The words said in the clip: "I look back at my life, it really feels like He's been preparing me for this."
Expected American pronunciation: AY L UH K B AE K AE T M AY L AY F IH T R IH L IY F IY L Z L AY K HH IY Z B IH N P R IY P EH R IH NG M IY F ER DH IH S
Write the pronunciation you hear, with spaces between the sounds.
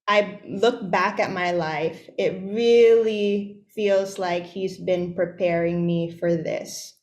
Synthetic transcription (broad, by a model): AY L UH K B AE K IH T M AY L AY F IH T R IH L IY F IY L Z L AY K HH IY Z B IH N P R IY P EH R IH NG M IY F ER DH IH S